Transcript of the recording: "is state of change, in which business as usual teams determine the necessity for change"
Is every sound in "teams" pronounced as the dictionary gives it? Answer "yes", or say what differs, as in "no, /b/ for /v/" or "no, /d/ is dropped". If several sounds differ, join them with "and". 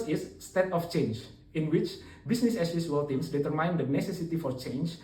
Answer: no, /s/ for /z/